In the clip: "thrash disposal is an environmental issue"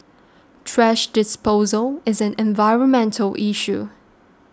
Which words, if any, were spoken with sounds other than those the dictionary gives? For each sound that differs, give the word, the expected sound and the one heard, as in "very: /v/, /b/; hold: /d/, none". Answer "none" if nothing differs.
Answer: thrash: /θ/, /t/